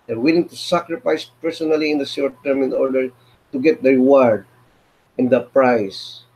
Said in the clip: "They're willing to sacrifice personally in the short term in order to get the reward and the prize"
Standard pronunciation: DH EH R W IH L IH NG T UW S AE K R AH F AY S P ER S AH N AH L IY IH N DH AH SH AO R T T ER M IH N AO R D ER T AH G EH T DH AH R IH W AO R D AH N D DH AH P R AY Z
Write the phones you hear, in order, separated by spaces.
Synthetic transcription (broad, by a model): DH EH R W IH L IH NG T UW S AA K R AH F AY S P ER S AH N AH L IY IH N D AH S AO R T T ER M IH N AO R D ER T AH G EH T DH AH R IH W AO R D AH N D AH P R AY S